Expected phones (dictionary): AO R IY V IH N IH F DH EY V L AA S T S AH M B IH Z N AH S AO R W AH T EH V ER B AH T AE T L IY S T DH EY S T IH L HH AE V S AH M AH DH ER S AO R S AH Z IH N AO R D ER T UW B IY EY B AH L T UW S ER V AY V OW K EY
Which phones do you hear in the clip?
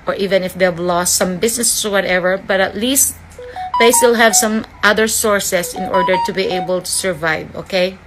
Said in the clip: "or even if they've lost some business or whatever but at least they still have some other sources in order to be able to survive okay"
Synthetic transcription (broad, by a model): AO R IY V IH N IH F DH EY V L AA S T S AH M B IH S N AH S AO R W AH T EH V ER B AH T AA T L IY S T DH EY S T IH L HH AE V S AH M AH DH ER S AO R S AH S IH N AO R D ER T UW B IY EY B AH L T UW S ER V AY V OW K EY